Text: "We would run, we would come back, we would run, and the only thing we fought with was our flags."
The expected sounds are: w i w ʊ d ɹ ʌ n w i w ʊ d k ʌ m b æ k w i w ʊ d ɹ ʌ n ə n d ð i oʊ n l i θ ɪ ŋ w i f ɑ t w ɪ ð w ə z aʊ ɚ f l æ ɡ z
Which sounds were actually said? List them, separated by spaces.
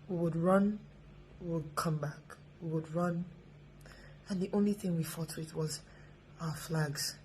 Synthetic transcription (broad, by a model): w i w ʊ d ɹ ʌ n w i w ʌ d k ʌ m b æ k w i w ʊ d ɹ ʌ n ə n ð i oʊ n l i θ ɪ ŋ w i f ɑ t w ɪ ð w ə z aʊ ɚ f l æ ɡ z